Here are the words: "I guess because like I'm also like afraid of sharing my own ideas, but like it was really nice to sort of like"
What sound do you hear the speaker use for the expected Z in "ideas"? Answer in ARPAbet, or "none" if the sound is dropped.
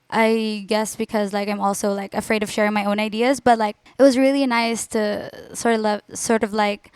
Z